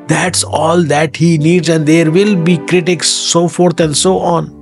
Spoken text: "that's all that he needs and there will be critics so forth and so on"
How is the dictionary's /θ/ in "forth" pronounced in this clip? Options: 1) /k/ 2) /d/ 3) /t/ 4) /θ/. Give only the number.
3